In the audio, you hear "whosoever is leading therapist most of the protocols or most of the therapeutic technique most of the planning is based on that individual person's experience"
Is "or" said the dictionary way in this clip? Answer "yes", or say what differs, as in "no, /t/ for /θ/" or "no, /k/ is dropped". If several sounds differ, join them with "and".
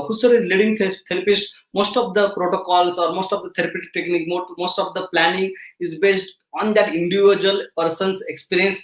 yes